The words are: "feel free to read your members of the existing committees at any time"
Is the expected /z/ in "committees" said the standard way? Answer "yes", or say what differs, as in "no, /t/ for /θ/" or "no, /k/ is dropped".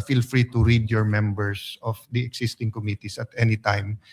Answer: no, /s/ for /z/